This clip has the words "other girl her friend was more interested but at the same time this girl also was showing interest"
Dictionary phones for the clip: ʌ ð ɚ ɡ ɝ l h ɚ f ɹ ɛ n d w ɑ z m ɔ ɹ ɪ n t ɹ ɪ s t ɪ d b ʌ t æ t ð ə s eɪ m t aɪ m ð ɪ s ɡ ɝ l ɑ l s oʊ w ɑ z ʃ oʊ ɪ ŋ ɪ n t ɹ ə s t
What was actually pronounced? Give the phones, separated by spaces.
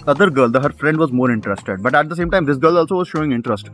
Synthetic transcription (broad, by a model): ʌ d ɚ ɡ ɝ l h ɚ f ɹ ɛ n d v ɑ z m ɔ ɹ ɪ n t ɹ ɪ s t ɪ d b ʌ t æ t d ə s eɪ m t aɪ m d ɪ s ɡ ɝ l ɑ l s oʊ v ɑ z ʃ oʊ ɪ ŋ ɪ n t ɹ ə s t